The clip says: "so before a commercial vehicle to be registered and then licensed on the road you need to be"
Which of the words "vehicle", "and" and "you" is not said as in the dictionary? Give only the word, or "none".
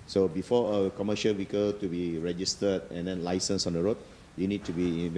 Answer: vehicle